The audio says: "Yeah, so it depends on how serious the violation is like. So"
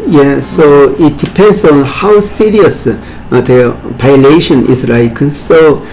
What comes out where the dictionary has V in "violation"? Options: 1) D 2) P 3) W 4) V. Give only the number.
2